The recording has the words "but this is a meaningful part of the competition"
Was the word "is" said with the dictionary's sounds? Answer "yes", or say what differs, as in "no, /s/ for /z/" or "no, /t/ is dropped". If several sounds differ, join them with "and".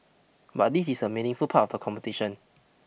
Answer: no, /s/ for /z/